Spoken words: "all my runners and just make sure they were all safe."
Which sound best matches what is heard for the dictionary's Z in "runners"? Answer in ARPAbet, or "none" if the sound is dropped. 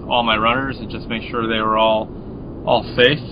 Z